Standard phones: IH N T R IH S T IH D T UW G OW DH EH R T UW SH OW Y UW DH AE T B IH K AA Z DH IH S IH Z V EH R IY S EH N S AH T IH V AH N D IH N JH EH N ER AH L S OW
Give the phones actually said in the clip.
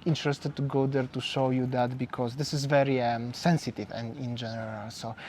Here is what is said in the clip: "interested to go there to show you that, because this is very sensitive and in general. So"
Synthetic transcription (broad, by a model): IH N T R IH S T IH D T UW G OW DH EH R T UW SH OW Y UW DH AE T B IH K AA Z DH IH S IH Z V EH R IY S EH N S AH T IH V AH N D IH N JH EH N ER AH L S OW